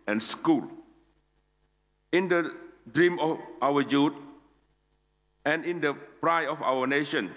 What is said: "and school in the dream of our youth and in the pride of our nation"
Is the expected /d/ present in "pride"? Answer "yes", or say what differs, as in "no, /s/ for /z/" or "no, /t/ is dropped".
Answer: no, /d/ is dropped